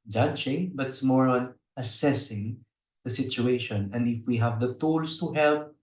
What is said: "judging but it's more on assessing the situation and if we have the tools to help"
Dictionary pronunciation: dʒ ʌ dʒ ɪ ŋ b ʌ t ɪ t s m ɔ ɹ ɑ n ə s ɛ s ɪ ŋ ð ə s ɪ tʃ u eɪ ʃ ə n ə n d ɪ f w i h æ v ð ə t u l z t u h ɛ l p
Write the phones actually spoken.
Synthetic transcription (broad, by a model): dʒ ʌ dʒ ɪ ŋ b ʌ t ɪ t s m ɔ ɹ ɑ n ə s ɛ s ɪ ŋ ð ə s ɪ tʃ u eɪ ʃ ə n ə n d ɪ f w i h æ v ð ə t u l s t u h ɛ l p